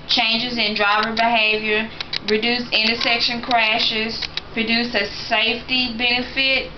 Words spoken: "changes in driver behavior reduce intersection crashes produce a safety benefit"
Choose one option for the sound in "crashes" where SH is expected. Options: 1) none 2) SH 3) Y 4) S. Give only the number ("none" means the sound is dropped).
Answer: 2